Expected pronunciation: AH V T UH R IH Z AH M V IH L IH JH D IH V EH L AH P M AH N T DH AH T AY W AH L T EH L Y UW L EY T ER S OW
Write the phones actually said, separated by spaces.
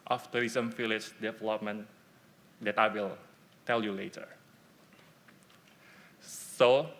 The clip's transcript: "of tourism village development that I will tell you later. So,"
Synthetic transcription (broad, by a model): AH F T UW R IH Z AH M F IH L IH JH D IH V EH L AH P M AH N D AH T AY W AH L T EH L Y UW L EY T ER S OW